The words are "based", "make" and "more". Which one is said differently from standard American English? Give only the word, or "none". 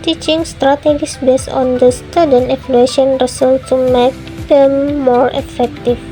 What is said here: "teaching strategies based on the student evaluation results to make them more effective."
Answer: based